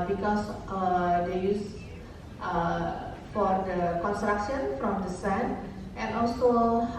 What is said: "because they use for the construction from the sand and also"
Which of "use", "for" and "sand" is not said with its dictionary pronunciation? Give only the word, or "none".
sand